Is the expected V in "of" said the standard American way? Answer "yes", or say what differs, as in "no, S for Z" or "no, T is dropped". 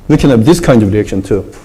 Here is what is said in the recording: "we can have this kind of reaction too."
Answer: yes